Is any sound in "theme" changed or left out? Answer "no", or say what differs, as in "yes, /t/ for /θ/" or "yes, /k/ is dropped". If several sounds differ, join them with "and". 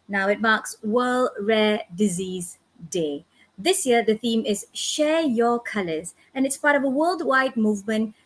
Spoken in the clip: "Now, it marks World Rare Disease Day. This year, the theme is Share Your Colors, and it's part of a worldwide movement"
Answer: no